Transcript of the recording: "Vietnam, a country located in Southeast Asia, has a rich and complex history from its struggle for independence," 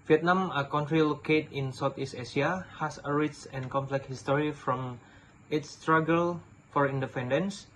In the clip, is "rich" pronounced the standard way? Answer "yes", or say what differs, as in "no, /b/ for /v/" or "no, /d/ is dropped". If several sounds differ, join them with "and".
no, /s/ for /tʃ/